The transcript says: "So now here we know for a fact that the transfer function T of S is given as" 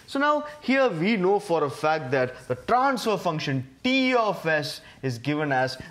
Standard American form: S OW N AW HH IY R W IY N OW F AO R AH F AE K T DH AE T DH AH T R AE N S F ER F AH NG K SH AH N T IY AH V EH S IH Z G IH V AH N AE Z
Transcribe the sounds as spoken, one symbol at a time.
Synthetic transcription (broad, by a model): S OW N AW HH IY R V IY N OW F AO R AH F AE K T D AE T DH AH T R AE N S F ER F AH NG K SH AH N T IY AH F EH S IH Z G IH V AH N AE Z